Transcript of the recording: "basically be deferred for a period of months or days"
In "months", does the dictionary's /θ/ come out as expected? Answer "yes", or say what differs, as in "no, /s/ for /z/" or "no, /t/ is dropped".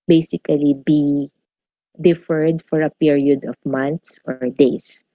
no, /t/ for /θ/